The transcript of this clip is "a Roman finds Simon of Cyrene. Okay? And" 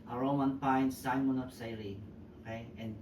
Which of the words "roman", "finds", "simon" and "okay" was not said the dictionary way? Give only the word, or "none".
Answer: finds